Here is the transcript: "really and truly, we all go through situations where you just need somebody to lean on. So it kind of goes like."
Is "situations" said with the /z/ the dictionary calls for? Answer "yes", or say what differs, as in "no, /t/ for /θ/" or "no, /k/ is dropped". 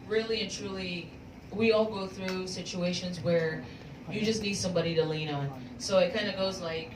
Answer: yes